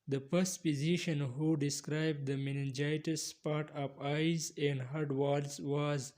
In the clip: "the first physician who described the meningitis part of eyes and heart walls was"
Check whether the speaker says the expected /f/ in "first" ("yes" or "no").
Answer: no